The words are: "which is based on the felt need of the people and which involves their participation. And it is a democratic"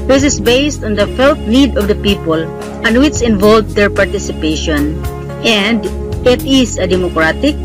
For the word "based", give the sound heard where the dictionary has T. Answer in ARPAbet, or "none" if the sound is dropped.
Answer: T